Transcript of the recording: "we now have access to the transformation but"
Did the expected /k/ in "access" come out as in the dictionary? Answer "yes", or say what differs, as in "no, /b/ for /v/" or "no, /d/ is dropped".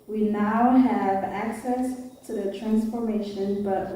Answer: yes